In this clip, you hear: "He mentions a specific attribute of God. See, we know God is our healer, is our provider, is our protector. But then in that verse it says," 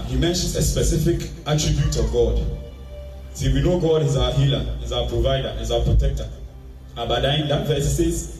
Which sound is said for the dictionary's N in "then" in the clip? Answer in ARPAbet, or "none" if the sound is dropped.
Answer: none